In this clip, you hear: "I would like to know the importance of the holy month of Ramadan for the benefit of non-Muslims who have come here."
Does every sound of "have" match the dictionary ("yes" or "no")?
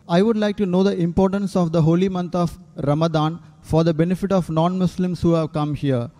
yes